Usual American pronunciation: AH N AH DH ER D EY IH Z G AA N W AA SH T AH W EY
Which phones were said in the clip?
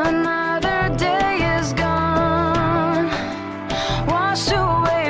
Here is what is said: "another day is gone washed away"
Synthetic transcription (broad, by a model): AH N AH DH ER D EY IH Z G AA N W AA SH AH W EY